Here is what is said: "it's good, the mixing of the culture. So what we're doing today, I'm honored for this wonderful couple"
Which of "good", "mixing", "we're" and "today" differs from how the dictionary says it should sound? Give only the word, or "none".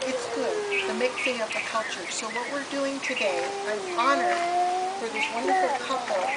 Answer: mixing